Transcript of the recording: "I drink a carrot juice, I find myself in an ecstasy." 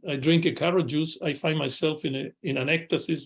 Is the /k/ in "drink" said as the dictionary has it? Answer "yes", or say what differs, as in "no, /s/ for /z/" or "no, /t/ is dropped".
yes